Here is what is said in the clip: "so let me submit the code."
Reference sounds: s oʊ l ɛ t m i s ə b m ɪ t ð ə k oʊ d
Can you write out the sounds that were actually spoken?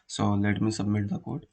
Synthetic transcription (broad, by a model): s oʊ l ɛ t m i s ə b m ɪ t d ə k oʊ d